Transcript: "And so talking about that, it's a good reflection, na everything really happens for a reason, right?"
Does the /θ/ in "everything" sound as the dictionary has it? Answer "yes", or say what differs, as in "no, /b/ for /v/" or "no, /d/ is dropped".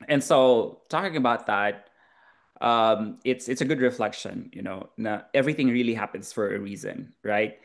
yes